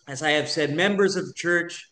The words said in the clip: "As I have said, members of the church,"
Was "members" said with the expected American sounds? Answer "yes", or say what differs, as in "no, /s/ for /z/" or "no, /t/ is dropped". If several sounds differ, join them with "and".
yes